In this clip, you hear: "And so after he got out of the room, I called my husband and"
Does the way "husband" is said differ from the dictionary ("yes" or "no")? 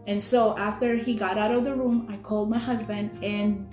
no